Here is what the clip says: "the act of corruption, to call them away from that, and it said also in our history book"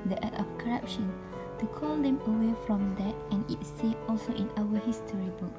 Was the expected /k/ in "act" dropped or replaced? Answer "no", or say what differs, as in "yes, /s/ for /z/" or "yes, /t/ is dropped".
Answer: yes, /k/ is dropped